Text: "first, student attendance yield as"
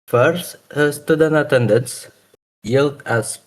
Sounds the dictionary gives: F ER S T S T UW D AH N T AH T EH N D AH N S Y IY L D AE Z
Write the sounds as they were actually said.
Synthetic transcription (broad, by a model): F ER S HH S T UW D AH N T AH T EH N D AH N S Y IY L D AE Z